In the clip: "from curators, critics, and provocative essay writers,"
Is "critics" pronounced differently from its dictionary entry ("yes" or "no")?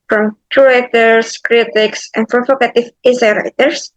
no